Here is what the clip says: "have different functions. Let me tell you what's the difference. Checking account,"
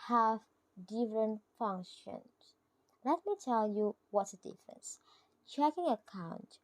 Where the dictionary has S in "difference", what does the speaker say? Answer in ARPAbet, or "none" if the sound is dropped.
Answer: S